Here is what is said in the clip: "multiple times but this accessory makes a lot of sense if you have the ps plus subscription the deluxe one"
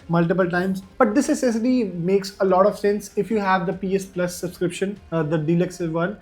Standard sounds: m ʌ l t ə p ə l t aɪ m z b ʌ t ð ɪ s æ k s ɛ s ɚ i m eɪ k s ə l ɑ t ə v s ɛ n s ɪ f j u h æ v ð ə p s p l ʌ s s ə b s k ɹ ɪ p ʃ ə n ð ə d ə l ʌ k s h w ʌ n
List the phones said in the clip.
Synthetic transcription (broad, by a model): m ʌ l t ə p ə l t aɪ m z b ʌ t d ɪ s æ s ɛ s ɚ i m eɪ k s ə l ɑ t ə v s ɛ n s ɪ f j u h æ v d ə p s p l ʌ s s ə b s k ɹ ɪ p ʃ ə n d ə d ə l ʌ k s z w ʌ n